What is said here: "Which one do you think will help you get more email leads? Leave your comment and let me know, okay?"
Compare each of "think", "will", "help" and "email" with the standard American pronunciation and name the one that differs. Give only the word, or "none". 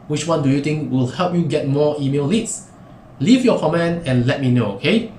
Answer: think